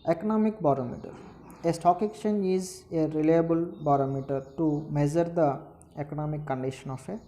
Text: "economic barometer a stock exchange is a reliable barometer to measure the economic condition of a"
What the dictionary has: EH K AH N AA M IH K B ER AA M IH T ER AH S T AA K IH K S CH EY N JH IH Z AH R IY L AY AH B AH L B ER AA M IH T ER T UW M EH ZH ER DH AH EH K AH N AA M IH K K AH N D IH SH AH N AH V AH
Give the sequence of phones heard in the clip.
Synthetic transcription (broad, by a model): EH K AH N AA M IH K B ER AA M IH T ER AH S T AA K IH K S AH N IH Z AH R IY L AY AH B AH L B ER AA M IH T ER T UW M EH Z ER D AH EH K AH N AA M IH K K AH N D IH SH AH N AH F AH